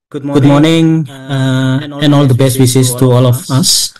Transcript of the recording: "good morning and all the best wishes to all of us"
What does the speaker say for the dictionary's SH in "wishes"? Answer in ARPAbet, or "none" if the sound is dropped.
S